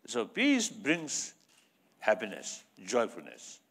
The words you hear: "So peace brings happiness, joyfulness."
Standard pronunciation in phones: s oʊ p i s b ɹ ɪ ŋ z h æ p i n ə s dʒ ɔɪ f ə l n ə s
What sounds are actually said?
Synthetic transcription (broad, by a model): s oʊ p i s b ɹ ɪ ŋ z h æ p i n ə s dʒ ɔɪ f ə l n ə s